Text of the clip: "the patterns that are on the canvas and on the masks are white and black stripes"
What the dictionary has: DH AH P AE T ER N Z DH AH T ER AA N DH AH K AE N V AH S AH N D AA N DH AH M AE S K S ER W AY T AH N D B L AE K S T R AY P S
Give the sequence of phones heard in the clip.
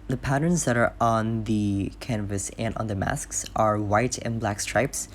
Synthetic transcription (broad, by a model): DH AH P AE T ER N Z DH AH T ER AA N DH AH K AE N V AH S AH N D N DH AH M AE S K S ER W AY T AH N B L AE K S T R AY P S